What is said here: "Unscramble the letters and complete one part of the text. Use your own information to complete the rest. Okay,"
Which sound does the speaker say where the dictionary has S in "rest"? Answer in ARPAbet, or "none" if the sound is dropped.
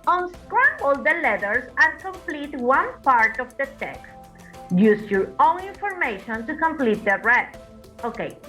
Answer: none